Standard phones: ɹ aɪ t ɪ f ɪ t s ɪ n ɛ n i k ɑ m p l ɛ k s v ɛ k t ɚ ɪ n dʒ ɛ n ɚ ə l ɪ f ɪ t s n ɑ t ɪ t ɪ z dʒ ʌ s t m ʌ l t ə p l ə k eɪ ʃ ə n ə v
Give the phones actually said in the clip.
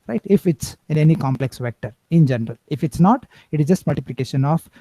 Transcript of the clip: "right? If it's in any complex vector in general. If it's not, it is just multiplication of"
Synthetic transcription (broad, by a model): ɹ aɪ t ɪ f ɪ t s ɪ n ɛ n i k ɑ m p l ɛ k s v ɛ k t ɚ ɪ n dʒ ɛ n ɚ ə l ɪ f ɪ t s n ɑ t ɪ t ɪ z dʒ ʌ s t m ʌ l t ə p l ə k eɪ ʃ ə n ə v